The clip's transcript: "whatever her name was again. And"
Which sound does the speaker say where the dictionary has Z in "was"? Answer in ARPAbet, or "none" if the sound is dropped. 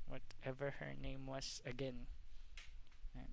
S